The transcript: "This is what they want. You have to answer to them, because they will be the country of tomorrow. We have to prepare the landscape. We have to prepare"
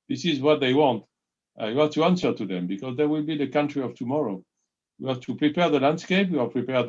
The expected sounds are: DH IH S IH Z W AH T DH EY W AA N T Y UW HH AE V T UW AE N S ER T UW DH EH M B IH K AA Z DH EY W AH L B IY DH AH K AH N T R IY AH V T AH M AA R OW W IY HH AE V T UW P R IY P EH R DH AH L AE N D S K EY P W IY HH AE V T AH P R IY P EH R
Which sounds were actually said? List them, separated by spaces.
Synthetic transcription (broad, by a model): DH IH S IH Z W AH T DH EY W AA N T Y UW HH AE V T UW AE N S ER T UW DH EH M B IH K AA Z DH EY W AH L B IY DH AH K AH N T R IY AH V T AH M AA R OW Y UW HH AE V T UW P R IY P EH R DH AH L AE N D S K EY P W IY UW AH P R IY P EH R